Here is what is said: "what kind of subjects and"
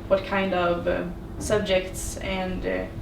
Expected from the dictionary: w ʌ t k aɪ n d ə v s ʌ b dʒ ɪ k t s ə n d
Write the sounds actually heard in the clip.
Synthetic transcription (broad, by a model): w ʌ t k aɪ n d ə v s ʌ b dʒ ɪ k t s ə n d